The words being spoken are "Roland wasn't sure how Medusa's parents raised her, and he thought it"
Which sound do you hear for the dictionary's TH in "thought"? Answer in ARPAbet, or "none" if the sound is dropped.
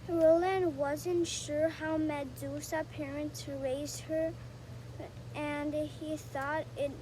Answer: TH